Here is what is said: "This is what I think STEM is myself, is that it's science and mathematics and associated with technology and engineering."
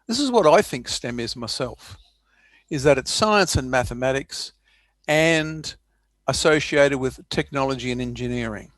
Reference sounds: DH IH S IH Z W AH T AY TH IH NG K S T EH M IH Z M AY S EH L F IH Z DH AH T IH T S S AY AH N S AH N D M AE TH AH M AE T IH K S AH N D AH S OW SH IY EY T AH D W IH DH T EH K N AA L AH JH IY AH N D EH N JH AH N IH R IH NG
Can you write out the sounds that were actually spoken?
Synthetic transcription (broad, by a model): DH IH S IH Z W AH T AY TH IH NG K S T EH M IH Z M AY S EH L F IH Z DH AH T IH T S S AY AH N S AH N M AE TH AH M AE T IH K S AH N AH S OW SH IY EY T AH D W IH DH T EH K N AA L AH JH IY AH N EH N JH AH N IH R IH NG